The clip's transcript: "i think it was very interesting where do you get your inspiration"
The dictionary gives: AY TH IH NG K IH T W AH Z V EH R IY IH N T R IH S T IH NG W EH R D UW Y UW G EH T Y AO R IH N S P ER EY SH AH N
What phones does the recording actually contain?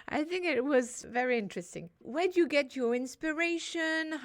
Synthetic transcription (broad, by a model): AY TH IH NG K IH T W AH Z V EH R IY IH N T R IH S T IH NG W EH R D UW Y UW G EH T Y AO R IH N S P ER EY SH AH N